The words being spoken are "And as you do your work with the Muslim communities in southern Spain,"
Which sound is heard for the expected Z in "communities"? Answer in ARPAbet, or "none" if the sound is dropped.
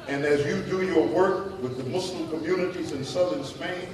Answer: Z